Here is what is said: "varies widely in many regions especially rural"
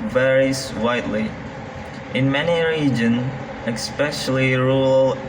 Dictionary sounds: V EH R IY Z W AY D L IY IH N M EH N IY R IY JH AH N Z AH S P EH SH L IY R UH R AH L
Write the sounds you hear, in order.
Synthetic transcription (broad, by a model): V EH R IY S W AY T L IY IH N M EH N IY R IY JH AH N Z AH S P EH SH L IY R R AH L